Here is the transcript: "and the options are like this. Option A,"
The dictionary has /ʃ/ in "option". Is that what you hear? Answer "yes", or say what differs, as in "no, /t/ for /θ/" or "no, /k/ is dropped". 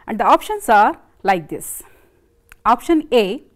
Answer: yes